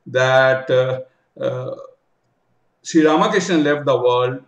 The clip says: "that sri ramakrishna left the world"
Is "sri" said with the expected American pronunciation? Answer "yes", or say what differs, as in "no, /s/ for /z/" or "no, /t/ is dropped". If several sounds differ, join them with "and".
no, /ɹ/ is dropped